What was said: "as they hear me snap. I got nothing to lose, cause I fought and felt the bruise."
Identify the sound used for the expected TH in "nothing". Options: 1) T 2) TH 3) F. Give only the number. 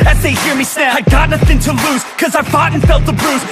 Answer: 2